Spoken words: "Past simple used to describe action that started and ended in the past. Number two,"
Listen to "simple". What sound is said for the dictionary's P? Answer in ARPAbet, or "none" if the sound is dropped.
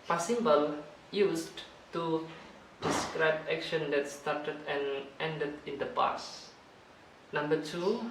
B